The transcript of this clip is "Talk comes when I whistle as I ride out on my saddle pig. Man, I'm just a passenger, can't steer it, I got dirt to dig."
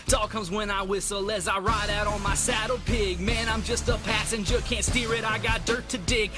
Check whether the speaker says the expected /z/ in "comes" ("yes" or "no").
yes